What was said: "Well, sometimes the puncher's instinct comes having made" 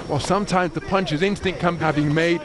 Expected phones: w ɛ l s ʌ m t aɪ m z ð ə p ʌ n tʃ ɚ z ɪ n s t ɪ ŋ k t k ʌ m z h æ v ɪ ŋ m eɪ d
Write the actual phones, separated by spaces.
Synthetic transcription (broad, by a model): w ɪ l s ʌ m t aɪ m z ð ə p ʌ n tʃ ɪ z ɪ n s t ɪ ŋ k k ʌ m h æ v ɪ ŋ m eɪ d